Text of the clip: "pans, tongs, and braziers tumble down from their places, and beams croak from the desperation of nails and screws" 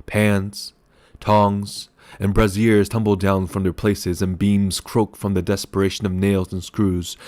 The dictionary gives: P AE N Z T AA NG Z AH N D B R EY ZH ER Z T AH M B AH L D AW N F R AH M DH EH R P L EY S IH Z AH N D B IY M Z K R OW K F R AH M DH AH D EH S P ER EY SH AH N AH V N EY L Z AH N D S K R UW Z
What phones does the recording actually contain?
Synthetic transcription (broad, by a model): P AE N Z T AA NG Z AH N B R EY Z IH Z T AH M B L D AW N F R AH M DH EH R P L EY S IH Z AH N B IY M Z K R OW K F R AH M DH AH D EH S P ER EY SH AH N AH V N EY L Z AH N S K R UW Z